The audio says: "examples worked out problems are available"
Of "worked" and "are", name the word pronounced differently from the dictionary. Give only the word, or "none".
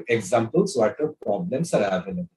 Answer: worked